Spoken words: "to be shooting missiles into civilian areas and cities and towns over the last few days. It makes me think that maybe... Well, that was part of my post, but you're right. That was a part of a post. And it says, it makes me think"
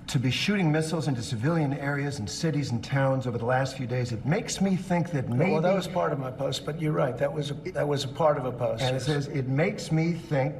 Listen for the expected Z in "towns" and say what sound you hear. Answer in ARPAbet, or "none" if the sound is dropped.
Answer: Z